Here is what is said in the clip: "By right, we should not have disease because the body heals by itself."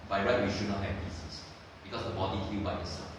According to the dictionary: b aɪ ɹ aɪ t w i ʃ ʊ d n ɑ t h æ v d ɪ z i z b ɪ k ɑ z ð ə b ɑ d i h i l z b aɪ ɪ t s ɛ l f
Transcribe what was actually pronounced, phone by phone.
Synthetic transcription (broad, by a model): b aɪ ɹ aɪ t w i ʃ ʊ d n ɑ t h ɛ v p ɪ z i s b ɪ k ɑ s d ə b ɑ d i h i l b aɪ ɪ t s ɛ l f